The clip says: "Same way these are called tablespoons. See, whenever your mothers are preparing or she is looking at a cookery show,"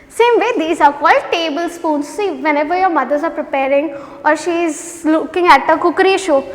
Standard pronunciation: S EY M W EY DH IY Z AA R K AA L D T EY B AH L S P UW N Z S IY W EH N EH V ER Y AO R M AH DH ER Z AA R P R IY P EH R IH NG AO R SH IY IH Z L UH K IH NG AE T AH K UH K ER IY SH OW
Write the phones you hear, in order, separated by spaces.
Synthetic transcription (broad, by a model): S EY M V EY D IY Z AA R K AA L T EY B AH L S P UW N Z S IY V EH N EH V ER Y AO R M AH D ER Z AA R P R IY P EH R IH NG AO R SH IY IH Z L UH K IH NG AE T AH K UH K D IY SH OW